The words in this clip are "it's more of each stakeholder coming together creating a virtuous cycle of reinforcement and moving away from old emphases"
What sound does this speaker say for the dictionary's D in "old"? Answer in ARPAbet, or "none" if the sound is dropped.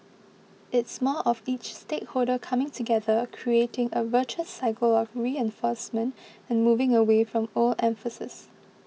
none